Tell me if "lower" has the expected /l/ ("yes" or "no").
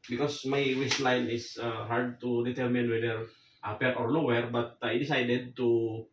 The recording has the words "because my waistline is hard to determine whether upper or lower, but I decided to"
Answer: no